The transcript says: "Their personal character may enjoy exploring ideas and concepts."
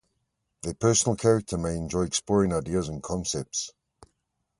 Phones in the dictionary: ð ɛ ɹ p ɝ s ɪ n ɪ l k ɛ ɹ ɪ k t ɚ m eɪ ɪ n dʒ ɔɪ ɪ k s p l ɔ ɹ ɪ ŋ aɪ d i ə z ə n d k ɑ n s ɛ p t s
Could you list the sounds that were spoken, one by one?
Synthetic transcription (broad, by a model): ð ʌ p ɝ s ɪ n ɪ l k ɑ ɹ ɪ k t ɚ m eɪ ɪ n dʒ ɔɪ ɪ k s p l ɔ ɹ ɪ ŋ aɪ d i ə z ə n k ɑ n s ɛ p t s